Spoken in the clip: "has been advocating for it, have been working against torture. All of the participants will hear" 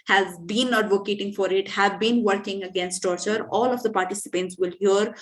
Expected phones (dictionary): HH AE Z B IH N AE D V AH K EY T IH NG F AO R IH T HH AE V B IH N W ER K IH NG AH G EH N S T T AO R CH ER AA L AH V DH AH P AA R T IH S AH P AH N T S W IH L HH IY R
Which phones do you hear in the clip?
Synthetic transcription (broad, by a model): HH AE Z B IH N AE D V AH K EY T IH NG F AO R IH T HH AE V B IH N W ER K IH NG AH G EH N S T T AO R CH ER AA L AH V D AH P AA R T IH S AH P AH N T S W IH L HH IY R